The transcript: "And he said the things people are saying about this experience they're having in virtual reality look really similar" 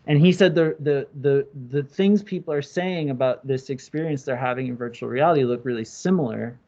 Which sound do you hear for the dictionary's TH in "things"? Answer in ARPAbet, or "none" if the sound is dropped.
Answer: TH